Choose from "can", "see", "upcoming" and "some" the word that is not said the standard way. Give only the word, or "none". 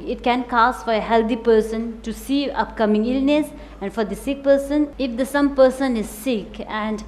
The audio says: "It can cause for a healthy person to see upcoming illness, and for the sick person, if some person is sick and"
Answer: none